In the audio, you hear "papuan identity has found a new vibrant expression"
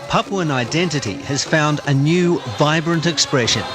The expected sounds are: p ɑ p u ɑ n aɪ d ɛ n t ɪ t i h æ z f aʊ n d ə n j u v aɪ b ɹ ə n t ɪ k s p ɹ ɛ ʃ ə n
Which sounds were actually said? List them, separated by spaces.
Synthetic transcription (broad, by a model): p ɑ p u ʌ n aɪ d ɛ n t ɪ t i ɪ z f aʊ n d ə n j u v aɪ b ɹ ə n t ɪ k s p ɹ ɛ ʃ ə n